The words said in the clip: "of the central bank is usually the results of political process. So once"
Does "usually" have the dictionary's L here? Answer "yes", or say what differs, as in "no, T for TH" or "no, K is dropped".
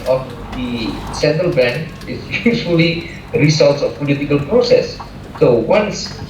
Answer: no, L is dropped